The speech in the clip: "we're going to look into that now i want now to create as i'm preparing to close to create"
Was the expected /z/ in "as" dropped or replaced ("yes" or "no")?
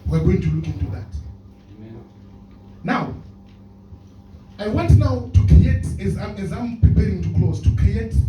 no